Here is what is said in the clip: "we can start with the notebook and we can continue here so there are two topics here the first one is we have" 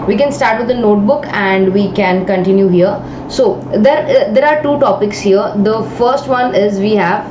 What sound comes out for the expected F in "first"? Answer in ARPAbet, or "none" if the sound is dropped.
F